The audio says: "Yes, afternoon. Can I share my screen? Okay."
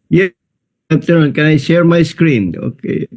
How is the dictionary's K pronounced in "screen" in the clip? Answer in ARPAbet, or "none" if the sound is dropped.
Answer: K